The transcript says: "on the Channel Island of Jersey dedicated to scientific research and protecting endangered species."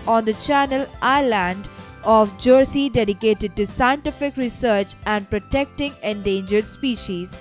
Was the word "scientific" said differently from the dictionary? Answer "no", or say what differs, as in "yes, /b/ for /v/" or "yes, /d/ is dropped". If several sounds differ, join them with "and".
no